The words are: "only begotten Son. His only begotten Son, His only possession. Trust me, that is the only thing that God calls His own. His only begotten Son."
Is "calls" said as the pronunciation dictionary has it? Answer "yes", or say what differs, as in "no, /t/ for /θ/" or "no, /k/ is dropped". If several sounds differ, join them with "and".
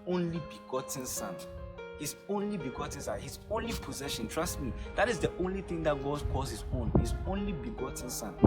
no, /l/ is dropped